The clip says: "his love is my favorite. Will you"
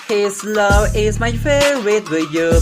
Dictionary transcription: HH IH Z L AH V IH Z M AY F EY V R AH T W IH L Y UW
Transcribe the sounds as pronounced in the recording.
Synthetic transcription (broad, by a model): HH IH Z L AH V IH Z M AY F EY R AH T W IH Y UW